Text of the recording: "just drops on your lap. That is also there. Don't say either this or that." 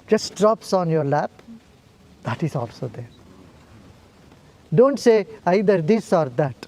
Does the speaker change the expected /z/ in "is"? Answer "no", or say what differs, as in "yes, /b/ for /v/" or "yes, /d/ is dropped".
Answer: yes, /s/ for /z/